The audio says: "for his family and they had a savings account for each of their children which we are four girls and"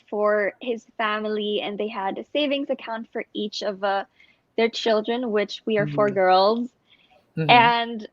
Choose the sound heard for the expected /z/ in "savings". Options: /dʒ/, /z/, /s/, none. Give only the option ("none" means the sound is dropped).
/z/